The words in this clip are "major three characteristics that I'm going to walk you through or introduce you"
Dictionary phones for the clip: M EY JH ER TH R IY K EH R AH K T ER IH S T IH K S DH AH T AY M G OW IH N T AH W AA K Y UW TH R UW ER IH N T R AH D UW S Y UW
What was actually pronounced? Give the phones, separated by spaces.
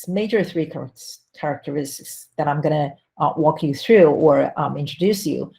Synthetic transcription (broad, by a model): M EY JH ER TH R IY K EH R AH K T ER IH S T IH K S DH AH T AY M G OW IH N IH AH W AA K Y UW TH R UW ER IH N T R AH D UW S Y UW